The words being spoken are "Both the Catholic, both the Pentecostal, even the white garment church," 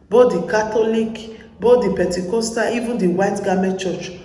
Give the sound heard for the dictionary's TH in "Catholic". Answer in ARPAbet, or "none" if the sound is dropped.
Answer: T